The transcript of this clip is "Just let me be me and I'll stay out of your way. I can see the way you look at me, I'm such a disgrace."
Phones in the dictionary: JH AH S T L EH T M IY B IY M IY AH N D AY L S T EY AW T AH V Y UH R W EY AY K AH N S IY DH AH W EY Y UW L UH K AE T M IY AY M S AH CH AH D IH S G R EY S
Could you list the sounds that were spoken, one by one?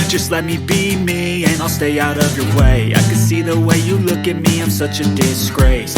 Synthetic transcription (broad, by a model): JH AH S T L EH T M IY B IY M IY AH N AY L S T EY AW T AH V Y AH R W EY AY K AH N S IY DH AH W EY Y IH L UH K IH T M IY AY M S AH CH AH D IH S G R EY S